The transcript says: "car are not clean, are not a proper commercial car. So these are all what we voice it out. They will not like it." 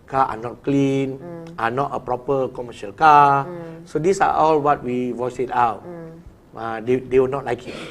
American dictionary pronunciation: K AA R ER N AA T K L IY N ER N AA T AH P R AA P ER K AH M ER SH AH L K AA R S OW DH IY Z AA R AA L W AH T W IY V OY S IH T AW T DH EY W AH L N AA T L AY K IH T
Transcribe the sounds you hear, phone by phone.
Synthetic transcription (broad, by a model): K AA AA N AA T K L IY N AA N AA T AH P R AA P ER K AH M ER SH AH L K AA S OW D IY S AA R AA L W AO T W IY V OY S IH T AW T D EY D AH W N AA T L AY K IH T